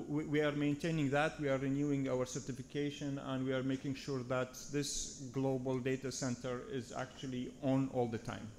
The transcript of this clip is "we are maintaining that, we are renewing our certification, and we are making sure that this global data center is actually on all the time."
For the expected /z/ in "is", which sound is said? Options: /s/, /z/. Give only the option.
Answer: /z/